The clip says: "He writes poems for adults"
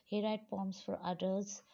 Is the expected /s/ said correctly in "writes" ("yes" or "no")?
no